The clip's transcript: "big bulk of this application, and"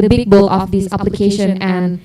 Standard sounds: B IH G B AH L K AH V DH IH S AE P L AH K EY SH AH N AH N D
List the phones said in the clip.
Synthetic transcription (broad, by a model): B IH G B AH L AH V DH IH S AE P L AH K EY SH AH N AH N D